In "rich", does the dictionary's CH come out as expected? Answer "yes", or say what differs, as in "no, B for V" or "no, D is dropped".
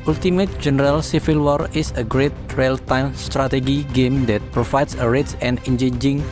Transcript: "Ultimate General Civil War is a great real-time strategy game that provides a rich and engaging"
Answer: no, S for CH